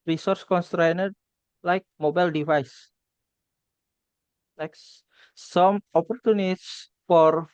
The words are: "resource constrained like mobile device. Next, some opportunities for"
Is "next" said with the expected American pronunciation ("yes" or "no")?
no